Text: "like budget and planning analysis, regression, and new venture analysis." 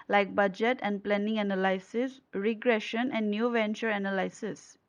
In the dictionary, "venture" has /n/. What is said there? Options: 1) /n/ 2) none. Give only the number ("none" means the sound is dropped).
1